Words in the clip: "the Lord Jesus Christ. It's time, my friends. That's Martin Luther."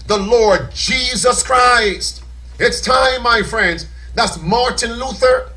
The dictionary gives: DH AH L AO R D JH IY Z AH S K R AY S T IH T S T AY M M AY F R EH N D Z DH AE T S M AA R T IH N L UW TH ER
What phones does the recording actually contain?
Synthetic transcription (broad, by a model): DH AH L AO R D JH IY Z AH S K R AY S T IH T S T AY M M AY F R EH N D Z DH AE T S M AA R T IH N L UW TH ER